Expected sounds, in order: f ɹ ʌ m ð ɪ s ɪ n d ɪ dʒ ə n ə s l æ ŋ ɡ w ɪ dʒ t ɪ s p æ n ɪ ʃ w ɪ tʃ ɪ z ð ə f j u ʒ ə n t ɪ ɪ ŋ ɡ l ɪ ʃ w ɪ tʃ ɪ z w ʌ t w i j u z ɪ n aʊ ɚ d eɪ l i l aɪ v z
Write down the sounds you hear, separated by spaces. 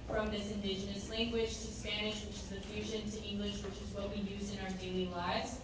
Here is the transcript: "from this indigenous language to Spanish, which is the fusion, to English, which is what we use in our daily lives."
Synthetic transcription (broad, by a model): f ɹ ʌ m ð ɪ s ɪ n d ɪ dʒ ə n ə s l æ ŋ ɡ w ɪ dʒ t ɪ s p æ n ɪ ʃ w ɪ tʃ ɪ z ð ə f j u ʒ ə n t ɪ ɪ ŋ ɡ l ɪ ʃ w ɪ tʃ ɪ z w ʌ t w i j u z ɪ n aʊ ɚ d eɪ l i l aɪ v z